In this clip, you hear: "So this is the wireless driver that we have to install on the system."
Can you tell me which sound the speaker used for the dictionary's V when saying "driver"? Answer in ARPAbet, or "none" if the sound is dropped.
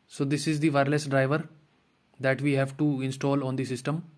V